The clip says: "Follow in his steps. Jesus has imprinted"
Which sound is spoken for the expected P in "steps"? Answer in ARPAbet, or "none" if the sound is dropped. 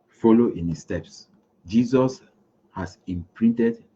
P